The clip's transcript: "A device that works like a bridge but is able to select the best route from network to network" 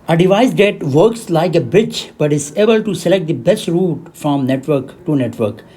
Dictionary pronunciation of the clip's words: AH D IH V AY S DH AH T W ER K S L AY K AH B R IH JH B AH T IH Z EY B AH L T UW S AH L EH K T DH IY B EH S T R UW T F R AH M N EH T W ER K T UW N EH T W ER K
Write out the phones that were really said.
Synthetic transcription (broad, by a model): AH D IH V AY S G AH T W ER K S L AY K AH B IH CH B AH T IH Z EY B AH L T UW S AH L EH K T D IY B EH S T R UW T F R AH M N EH T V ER K T UW N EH T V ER K